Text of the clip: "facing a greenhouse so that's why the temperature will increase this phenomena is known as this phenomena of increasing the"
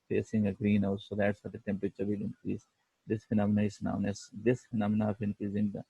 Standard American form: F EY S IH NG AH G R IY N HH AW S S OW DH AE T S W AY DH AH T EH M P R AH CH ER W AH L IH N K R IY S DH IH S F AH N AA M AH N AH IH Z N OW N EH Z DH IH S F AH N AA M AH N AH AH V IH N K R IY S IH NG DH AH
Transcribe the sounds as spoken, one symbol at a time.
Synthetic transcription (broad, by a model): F EY S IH NG AH G R IY N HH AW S S OW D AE T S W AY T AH T EH M P R AH CH ER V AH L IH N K R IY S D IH S F AH N AA M AH N AH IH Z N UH N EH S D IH S F AH N AA M AH N AH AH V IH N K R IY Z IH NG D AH